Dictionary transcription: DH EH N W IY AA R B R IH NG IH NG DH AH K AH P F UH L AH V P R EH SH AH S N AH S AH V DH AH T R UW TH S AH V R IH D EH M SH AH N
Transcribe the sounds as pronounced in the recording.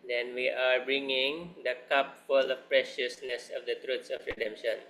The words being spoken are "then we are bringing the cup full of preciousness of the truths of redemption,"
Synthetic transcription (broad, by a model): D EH N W IY AA R B R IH NG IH NG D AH K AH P F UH L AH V P R EH SH AH S N AH S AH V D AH T R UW T S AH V R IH D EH M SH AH N